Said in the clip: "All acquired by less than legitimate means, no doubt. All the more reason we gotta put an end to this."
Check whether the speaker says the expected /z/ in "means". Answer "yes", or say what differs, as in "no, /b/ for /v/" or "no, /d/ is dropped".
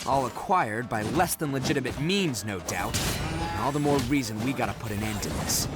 yes